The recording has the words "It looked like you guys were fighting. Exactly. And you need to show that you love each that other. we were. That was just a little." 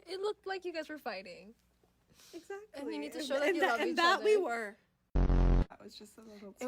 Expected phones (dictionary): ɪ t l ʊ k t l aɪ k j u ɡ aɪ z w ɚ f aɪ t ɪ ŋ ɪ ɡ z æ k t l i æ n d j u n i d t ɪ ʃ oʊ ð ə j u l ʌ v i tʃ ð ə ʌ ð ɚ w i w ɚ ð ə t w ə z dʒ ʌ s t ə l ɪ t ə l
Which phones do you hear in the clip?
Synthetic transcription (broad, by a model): ɪ t l ʊ k t l aɪ k j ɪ ɡ aɪ z w ɚ f aɪ t ɪ ŋ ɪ ɡ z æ k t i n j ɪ n i d t ɪ ʃ oʊ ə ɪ n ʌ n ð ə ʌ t w i w ɚ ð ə t w ə z dʒ ʌ s t ə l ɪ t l